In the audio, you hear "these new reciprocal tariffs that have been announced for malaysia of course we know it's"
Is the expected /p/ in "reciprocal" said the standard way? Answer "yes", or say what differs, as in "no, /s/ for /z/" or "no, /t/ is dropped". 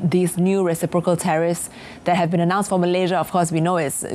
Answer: yes